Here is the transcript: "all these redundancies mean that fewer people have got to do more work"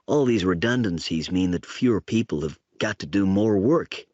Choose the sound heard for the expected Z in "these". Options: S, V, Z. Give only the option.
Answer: Z